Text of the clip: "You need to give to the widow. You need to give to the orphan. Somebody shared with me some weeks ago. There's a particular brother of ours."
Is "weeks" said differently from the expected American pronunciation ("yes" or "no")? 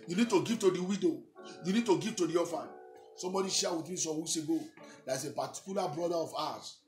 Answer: yes